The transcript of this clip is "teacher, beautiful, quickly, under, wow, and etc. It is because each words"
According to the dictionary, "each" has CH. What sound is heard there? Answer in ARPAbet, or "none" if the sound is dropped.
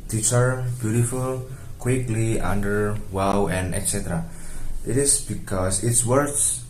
S